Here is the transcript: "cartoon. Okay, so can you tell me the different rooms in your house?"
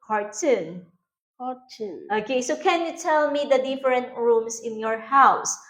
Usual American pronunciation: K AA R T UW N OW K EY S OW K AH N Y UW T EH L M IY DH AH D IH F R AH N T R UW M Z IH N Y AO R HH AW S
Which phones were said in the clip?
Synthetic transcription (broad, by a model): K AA R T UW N OW K EY S OW K AH N Y UW T EH L M IY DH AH D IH F R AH N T R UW M S IH N Y AO R HH AW S